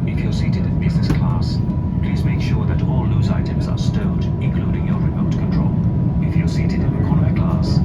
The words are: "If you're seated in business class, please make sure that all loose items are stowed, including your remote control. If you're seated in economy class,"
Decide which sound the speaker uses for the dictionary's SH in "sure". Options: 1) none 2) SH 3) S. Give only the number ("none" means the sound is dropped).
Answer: 2